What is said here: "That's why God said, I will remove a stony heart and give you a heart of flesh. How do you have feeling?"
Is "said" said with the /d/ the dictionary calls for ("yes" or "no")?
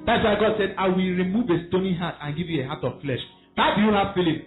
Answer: yes